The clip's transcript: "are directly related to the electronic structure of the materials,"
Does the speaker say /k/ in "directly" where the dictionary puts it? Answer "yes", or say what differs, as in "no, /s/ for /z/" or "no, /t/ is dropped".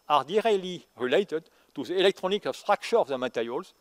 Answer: no, /k/ is dropped